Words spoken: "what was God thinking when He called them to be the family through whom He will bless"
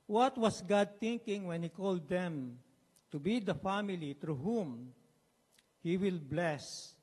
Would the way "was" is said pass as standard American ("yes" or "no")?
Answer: no